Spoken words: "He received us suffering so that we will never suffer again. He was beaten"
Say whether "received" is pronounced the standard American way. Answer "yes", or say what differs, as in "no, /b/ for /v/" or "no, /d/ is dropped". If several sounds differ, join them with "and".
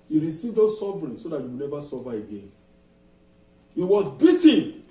yes